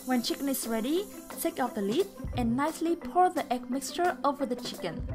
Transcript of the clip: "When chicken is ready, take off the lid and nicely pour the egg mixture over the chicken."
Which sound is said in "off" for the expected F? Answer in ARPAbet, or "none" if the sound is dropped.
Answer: P